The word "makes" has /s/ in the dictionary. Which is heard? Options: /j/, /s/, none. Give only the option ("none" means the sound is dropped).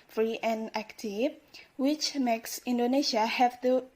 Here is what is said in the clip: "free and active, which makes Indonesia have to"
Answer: /s/